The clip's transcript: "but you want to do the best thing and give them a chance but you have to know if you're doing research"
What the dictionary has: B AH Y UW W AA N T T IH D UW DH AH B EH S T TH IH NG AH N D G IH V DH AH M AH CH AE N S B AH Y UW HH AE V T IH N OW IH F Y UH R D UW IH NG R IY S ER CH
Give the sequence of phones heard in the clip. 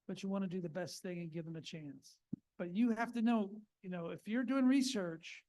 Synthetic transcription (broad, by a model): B AH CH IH W AA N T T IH D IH DH AH B EH S T TH IH NG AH N G IH V DH AH M AH CH AE N S B AH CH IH HH AE F T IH N OW IH F Y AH R D UW IH NG R IY S ER CH